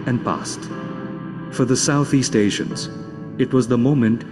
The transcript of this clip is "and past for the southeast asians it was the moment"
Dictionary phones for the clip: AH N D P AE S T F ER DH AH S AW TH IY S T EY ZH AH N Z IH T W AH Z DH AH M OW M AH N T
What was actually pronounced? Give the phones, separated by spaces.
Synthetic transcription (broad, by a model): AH N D P AE S T F ER DH AH S AW TH IY S T EY SH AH N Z IH T W AH Z DH AH M OW M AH N T